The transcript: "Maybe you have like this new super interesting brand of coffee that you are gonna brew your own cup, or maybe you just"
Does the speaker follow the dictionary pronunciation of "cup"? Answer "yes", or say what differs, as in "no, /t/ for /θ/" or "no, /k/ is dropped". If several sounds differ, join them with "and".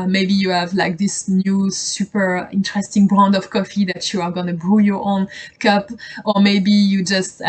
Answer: yes